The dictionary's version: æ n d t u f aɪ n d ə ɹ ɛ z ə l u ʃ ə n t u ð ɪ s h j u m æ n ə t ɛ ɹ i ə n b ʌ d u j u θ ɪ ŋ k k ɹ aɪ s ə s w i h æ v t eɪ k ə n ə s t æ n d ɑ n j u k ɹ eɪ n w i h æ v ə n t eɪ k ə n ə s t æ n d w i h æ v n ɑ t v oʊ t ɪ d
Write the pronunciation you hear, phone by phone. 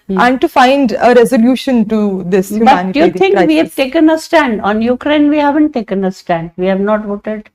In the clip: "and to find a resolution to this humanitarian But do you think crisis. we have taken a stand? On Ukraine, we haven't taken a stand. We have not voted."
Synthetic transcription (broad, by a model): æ n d t u f aɪ n d ə ɹ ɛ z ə l u ʃ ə n t u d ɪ s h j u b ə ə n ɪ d j u t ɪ ŋ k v i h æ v t eɪ k ə n ə s t æ n d ɑ n j u k ɹ eɪ n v i h æ v ə n t eɪ k ə n ə s t æ n d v i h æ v n ɑ t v oʊ t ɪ d